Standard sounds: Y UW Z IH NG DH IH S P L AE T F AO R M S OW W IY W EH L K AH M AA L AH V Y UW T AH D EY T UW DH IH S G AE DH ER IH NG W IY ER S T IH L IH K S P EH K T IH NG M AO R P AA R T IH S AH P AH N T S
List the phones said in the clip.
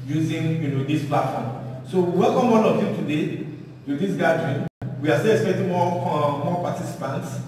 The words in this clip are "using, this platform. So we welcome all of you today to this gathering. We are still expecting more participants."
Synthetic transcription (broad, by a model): Y UW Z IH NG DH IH S P L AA T F AO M S OW W IY W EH L K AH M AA N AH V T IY T AH D EY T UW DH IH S G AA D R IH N W IY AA S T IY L IH K S P EH K T IH NG M AO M P AA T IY S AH P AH N T S